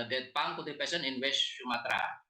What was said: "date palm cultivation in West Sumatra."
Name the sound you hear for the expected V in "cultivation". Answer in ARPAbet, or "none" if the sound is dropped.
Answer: P